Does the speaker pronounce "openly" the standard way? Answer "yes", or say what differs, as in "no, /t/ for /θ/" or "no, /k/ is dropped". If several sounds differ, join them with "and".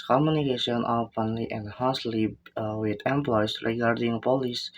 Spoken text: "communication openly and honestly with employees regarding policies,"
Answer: no, /f/ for /p/